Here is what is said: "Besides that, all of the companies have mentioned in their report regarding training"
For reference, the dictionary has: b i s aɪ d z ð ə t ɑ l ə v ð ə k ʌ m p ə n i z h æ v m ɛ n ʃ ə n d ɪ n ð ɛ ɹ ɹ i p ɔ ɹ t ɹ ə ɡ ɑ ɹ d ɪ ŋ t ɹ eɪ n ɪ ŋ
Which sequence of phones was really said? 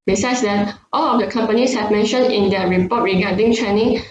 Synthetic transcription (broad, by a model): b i s aɪ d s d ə t ɑ l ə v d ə k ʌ m p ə n i s h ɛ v m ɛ n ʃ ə n ɪ n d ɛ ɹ ɹ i p ɔ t ɹ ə ɡ ɑ d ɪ ŋ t ɹ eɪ n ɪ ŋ